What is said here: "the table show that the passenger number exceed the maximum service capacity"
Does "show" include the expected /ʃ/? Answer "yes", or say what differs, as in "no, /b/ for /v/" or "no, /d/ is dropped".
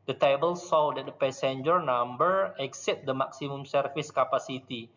no, /s/ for /ʃ/